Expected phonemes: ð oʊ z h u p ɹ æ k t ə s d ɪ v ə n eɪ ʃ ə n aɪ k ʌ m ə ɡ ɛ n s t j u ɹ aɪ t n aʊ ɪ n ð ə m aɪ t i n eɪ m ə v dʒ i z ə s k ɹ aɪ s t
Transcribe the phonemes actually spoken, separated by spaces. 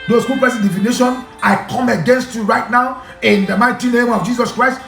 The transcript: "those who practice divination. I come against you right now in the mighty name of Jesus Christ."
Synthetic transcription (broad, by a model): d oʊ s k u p ɛ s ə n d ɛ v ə n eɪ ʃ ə n aɪ k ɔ m ə ɡ ɛ n s t j u ɹ aɪ t n aʊ ɪ n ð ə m aɪ t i n eɪ m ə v dʒ i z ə s k ɹ aɪ s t